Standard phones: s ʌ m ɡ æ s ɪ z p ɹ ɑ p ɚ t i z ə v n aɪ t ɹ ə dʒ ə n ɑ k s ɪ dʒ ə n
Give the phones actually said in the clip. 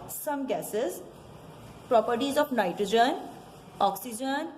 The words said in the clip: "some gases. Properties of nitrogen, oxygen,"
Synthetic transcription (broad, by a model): s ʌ m ɡ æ s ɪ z p ɹ ɑ p ɚ t i z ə p n aɪ t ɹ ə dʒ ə n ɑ k s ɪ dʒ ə n